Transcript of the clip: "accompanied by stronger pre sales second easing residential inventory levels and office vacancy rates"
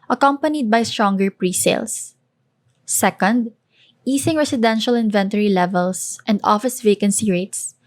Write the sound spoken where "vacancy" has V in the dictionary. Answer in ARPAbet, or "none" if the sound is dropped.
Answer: V